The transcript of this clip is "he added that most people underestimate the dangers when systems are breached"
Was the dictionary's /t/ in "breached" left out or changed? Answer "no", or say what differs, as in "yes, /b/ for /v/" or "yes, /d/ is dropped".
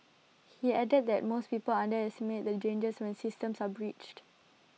no